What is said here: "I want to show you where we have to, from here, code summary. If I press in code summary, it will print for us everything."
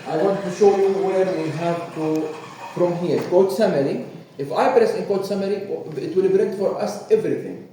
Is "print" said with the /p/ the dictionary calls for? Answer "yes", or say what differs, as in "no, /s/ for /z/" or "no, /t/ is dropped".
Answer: no, /b/ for /p/